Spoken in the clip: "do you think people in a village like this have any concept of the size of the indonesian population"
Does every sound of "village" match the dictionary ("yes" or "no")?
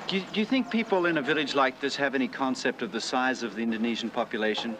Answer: yes